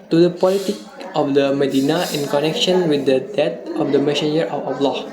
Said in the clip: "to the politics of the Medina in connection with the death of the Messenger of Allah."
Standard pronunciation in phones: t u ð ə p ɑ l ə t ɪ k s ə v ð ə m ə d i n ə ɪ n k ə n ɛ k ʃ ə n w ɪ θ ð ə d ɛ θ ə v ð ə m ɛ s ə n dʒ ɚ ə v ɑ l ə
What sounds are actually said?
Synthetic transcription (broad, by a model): t u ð ə p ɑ l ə t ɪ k ə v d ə m ə d i n ə ɪ n k ə n ɛ k ʃ ə n w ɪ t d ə d ɛ t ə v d ə m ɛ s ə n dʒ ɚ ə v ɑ l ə